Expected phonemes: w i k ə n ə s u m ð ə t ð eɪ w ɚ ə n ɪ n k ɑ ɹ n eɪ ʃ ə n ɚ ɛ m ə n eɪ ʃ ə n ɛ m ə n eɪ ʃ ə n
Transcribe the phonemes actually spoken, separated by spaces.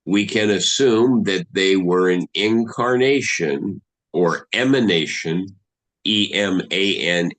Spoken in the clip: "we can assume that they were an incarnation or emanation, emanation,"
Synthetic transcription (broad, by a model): w i k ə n ə s u m ð ə t ð eɪ w ɚ ə n ɪ n k ɑ ɹ n eɪ ʃ ə n ɚ ɛ m ə n eɪ ʃ ə n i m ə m eɪ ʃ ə n